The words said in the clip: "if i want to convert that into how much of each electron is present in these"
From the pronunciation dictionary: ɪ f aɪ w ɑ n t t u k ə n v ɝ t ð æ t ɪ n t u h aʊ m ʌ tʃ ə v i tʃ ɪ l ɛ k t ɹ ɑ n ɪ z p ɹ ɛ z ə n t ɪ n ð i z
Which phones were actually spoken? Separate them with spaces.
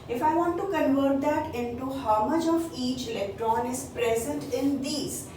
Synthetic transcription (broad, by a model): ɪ f aɪ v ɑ n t t u k ə n v ɝ t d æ t ɪ n t u h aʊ m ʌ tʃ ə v i tʃ ɪ l ɛ k t ɹ ɑ n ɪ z p ɹ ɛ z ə n t ɪ n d i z